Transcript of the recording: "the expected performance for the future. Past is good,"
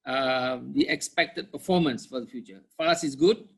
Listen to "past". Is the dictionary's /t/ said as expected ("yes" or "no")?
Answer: no